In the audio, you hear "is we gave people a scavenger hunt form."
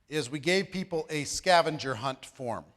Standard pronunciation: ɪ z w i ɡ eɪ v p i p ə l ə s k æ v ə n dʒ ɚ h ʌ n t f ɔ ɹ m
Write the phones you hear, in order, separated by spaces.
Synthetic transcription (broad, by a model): ɪ z w i ɡ eɪ v p i p l ə s k æ v ə n dʒ ɚ h ʌ n t f ɔ ɹ m